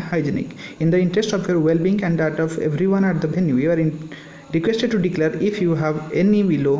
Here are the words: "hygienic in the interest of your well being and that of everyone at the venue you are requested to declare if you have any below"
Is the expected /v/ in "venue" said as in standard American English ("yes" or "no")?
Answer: no